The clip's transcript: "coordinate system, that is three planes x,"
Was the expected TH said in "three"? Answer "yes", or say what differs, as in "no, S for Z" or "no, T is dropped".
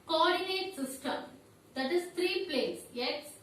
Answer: no, T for TH